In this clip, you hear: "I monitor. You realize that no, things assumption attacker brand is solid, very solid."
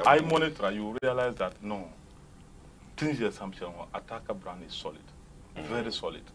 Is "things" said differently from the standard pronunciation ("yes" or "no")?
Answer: yes